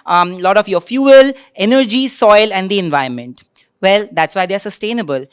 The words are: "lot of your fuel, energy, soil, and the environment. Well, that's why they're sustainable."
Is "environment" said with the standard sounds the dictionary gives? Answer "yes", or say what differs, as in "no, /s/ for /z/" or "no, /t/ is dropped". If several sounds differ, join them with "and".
no, /ɹ/ is dropped